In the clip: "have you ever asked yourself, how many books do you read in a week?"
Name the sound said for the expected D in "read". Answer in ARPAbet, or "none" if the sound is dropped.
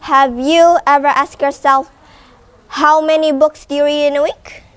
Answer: none